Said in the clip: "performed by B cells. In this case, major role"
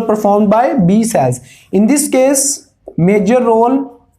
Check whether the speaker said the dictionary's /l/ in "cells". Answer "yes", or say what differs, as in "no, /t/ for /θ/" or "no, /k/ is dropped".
no, /l/ is dropped